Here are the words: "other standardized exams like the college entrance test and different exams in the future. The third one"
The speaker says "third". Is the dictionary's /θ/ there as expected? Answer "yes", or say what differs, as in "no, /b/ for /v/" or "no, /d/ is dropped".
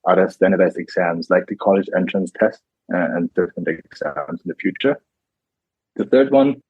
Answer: yes